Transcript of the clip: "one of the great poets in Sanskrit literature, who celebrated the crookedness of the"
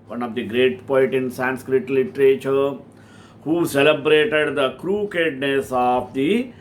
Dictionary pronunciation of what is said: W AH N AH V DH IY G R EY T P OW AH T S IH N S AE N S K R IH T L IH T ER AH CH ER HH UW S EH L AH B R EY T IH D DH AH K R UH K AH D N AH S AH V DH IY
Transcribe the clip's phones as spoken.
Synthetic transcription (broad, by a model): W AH N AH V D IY G R EY T P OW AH T IH N S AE N S K R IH T L IH T ER AH CH ER HH UW S EH L AH B R EY T IH D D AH K R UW K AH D N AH S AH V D IY